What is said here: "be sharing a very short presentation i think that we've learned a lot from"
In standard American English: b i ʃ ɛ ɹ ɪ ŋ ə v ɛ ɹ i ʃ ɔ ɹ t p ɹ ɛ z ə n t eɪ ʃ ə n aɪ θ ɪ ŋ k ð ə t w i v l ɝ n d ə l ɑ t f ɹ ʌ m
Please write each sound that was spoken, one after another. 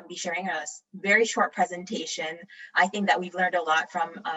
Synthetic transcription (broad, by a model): b i ʃ ɛ ɹ ɪ ŋ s v ɛ ɹ i ʃ ɔ ɹ t p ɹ ɛ z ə n t eɪ ʃ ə n aɪ θ ɪ ŋ k ð ə t w i v l ɝ n d ə l ɑ t f ɹ ʌ m